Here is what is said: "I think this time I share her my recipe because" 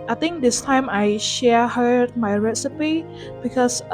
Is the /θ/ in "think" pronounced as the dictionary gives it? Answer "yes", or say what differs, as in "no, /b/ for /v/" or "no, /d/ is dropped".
no, /t/ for /θ/